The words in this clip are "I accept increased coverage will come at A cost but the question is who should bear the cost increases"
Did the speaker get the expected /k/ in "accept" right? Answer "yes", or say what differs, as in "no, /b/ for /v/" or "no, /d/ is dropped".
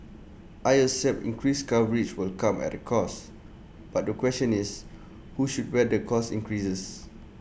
no, /k/ is dropped